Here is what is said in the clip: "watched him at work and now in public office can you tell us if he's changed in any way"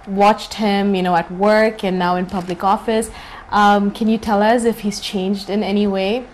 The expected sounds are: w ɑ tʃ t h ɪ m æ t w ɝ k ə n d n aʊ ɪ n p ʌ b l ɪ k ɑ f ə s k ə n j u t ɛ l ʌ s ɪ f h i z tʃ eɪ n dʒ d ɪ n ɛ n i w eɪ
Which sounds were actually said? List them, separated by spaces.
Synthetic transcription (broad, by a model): w ɑ tʃ t h ɪ m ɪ t w ɝ k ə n n aʊ ɪ n p ʌ b l ɪ k ɑ f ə s k ə n j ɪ t ɛ l ʌ s ɪ f h i z tʃ eɪ n dʒ d ɪ n ɛ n i w eɪ